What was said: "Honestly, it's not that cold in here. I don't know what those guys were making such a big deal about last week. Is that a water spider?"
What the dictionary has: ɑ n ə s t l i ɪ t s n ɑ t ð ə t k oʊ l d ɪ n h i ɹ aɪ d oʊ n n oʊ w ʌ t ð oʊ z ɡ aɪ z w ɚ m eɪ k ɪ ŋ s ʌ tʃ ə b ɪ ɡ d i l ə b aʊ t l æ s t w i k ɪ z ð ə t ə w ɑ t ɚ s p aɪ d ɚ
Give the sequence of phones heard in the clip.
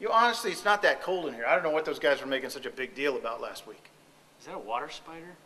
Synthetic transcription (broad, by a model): ɑ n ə s t l i ɪ t s n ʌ t ð ə t k oʊ l d ɪ n h i ɹ aɪ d oʊ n n oʊ w ʌ t ð oʊ z ɡ aɪ z w ɚ m eɪ k ɪ ŋ s ʌ tʃ ə b ɪ ɡ d i l ə b aʊ t l æ s t w i k ɪ z ð ə t ə w ɑ t ɚ s p aɪ d ɚ